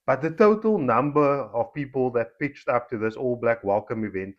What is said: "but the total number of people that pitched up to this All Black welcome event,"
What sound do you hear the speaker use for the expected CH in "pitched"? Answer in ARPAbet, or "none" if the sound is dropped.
CH